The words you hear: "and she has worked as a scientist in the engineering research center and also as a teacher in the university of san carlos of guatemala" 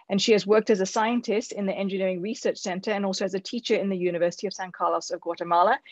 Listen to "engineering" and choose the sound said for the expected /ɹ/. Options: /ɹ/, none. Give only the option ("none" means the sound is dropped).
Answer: /ɹ/